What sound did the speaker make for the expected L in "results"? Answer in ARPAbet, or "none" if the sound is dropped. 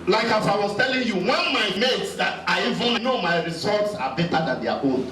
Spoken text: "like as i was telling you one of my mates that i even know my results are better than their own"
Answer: none